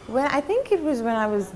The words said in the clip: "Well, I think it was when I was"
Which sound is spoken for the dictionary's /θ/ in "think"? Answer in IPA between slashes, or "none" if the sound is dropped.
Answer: /θ/